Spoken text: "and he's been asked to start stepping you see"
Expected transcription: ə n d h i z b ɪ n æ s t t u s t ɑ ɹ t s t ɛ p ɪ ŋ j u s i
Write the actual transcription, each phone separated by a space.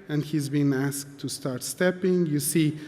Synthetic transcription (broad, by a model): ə n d h i z b ɪ n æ s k t u s t ɑ ɹ t s t ɛ p ɪ ŋ j u s i